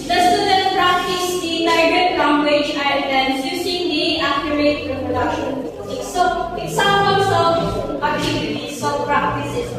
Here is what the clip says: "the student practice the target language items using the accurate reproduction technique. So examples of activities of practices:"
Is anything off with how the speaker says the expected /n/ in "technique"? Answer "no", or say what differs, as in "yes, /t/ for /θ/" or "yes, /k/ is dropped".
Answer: yes, /n/ is dropped